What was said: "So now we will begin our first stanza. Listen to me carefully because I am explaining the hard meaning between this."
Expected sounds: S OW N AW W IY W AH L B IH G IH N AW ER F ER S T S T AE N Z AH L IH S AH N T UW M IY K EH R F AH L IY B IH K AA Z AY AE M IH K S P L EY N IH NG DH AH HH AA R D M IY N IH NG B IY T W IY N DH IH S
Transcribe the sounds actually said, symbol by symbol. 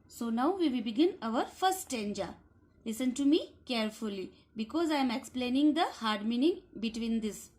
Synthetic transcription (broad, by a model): S OW N AW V IY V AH B IH G IH N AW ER F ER T S T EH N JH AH L IH S AH N T UW M IY K EH R F AH L IY B IH K AA Z AY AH M IH K S P L EY N IH NG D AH HH AA R D M IY N IH NG B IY T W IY N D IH S